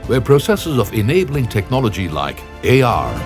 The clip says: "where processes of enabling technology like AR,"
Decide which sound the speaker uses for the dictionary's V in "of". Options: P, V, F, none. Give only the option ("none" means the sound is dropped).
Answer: V